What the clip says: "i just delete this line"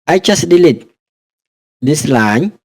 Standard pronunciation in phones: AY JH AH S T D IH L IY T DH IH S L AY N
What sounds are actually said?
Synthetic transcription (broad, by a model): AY CH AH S D IH L IY T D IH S L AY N